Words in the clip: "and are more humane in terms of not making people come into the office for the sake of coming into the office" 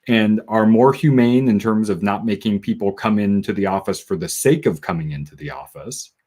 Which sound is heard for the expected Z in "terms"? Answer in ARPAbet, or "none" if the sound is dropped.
Z